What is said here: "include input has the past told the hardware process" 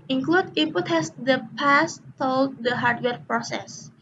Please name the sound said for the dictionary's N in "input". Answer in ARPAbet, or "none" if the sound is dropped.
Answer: none